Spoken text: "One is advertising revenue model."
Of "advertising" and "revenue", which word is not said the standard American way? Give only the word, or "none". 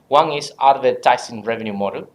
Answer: advertising